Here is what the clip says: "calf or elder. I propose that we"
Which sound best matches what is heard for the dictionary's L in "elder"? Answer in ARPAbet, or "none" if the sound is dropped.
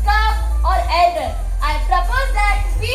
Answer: none